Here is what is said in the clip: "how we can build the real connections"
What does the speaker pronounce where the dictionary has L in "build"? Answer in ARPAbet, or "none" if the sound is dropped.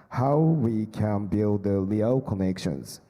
L